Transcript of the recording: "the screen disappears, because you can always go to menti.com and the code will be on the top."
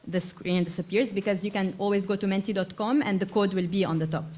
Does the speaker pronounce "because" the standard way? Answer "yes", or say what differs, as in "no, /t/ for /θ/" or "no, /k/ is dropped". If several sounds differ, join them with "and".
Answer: yes